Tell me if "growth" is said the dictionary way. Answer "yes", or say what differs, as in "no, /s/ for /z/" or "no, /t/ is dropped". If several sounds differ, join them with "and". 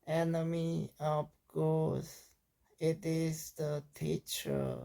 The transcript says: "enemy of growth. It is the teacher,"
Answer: no, /ɹ/ is dropped and /s/ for /θ/